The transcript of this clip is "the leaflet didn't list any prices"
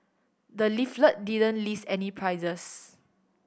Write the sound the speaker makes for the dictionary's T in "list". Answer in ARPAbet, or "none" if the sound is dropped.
none